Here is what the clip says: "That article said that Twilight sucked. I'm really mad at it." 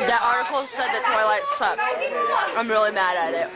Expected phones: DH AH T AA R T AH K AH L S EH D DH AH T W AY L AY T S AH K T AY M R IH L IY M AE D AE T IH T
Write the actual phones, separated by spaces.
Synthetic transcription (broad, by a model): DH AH T AA R T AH K L S EH D DH AH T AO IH L AY T S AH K AY M R IH L IY M AE D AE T IH T